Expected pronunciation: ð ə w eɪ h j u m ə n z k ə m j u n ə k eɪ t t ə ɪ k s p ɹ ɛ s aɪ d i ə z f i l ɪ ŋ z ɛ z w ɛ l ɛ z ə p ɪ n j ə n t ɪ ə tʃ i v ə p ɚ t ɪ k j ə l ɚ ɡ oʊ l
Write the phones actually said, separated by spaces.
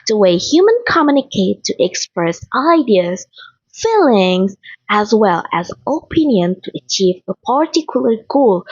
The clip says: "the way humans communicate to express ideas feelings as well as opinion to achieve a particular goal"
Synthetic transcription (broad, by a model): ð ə w eɪ h j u m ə n k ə m j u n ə k eɪ t t ə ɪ k s p ɹ ɛ s aɪ d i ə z f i l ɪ ŋ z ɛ z w ɛ l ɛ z ə p ɪ n j ə n t ɪ ə tʃ i v ə p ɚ t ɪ k j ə l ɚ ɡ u l